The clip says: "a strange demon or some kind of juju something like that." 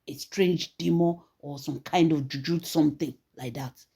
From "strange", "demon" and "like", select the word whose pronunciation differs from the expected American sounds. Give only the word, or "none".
demon